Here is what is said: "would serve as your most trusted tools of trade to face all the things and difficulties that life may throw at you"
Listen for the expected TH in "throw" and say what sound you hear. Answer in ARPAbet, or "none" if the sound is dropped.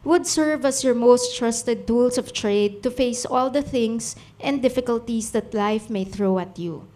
TH